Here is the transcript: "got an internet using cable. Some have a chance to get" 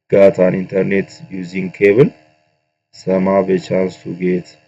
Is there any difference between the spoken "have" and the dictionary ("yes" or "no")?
yes